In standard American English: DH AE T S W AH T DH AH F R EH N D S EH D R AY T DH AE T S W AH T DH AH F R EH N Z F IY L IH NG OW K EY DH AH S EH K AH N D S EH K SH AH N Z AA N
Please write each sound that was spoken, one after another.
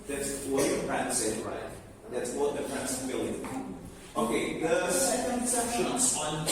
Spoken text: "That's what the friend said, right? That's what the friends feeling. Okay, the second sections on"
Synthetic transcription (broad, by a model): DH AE T S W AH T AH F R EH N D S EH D R AY T DH AE T S W AH T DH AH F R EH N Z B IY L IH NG OW K EY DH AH S EH K AH N D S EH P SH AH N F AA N